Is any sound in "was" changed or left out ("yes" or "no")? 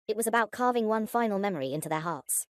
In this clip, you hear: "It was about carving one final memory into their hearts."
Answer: no